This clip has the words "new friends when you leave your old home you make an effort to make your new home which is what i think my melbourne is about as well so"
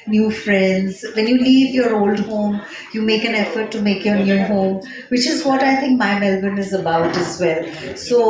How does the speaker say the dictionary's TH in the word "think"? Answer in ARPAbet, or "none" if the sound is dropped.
T